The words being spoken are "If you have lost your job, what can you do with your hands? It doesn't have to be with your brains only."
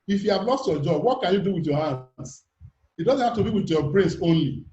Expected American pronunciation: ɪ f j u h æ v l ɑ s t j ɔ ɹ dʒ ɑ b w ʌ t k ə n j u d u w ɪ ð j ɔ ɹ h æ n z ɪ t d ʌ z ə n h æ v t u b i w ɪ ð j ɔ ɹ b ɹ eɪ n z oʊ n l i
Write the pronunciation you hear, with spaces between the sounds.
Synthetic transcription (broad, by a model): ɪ f j u h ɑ v l ɑ s t j ɔ dʒ ɑ b w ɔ t k ə n j u d u w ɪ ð j ɔ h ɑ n s ɪ t d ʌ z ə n h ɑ f t u b i w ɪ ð j ɔ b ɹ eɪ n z oʊ n l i